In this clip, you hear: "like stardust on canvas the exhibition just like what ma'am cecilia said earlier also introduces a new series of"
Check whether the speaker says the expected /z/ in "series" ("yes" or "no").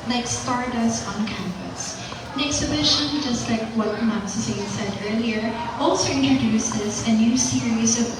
yes